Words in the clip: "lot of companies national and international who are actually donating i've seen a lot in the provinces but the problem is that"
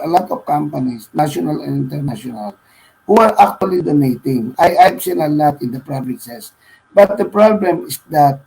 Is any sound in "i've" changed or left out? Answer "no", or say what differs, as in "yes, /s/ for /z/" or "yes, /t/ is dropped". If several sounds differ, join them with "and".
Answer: yes, /p/ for /v/